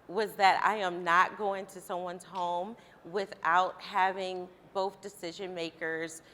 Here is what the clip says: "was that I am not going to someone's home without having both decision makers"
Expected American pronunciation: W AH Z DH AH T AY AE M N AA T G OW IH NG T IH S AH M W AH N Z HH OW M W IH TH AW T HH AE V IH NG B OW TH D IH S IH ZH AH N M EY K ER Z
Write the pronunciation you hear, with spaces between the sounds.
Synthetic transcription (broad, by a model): W AH Z DH AH T AY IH M N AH T G OW IH NG T IH S AH M W AH N Z HH OW M W IH TH AW T HH AE V IH NG B OW TH D IH S IH ZH AH N M EY K ER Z